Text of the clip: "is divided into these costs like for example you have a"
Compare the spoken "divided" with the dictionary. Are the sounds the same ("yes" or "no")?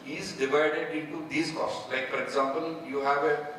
yes